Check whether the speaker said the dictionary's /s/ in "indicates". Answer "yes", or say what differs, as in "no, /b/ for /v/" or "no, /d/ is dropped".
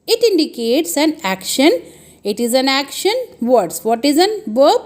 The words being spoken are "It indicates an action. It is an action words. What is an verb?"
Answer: yes